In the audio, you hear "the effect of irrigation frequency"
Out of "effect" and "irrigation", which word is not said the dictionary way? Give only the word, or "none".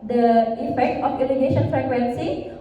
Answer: irrigation